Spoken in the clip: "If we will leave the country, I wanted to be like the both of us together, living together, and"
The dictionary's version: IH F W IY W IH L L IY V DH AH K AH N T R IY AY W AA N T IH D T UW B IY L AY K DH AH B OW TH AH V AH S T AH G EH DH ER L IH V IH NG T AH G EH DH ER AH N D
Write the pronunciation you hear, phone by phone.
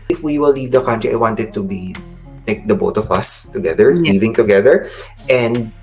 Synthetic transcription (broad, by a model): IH F W IY W IH L L IY V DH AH K AH N T R IY AY W AA N T IH D T UW B IY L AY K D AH B OW T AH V AH S T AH G EH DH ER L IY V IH NG T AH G EH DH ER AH N D